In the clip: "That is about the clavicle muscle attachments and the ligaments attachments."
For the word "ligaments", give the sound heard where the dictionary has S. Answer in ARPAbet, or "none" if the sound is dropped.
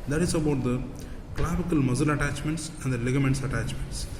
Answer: S